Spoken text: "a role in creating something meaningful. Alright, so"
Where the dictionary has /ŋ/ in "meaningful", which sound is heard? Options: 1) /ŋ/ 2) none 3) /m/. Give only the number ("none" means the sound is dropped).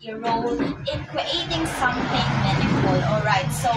2